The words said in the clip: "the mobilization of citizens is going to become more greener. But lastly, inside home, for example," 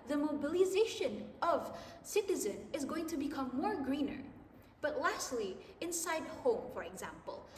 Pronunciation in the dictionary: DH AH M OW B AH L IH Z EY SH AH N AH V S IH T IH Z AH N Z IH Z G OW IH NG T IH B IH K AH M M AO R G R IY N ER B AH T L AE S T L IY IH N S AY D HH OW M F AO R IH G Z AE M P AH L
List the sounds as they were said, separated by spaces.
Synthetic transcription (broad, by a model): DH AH M OW B AH L IH Z EY SH AH N AH V S IH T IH Z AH N IH Z G OW IH NG T IH B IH K AH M M AO R G R IY N ER B AH T L AE S T L IY IH N S AY D HH OW M F AO R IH G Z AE M P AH L